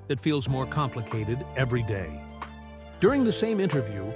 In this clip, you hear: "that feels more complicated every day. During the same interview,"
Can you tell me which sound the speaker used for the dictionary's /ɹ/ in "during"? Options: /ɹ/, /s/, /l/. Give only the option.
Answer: /ɹ/